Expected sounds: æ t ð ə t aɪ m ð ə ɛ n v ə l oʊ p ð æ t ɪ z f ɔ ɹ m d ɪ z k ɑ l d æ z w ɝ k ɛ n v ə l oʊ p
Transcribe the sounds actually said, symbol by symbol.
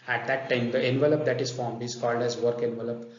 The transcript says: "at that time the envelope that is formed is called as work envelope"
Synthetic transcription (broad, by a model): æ t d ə t aɪ m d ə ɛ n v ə l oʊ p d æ t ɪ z f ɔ ɹ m ɪ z k ɑ l d æ z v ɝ k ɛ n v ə l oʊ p